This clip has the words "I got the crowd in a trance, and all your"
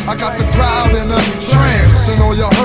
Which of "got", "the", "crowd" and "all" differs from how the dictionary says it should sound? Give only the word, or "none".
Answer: none